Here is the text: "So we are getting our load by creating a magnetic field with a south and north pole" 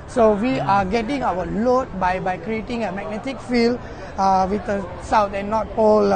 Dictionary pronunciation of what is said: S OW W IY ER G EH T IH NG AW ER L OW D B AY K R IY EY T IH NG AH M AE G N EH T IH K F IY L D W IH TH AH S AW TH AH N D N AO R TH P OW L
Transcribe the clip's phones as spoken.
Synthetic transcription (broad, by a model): S OW W IY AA G EH T IH NG AW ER L OW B B AY K R IY EY T IH NG AH M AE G N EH T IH K F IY L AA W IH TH AH S AW T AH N N AO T P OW L